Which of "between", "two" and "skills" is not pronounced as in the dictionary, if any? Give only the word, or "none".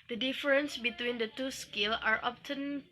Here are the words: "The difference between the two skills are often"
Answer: skills